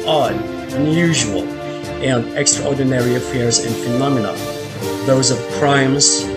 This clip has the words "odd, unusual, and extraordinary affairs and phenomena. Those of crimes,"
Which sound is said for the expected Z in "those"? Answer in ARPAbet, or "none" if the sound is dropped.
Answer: Z